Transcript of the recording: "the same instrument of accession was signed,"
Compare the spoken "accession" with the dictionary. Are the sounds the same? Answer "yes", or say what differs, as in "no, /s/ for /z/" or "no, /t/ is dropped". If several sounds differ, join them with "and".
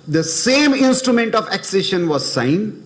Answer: yes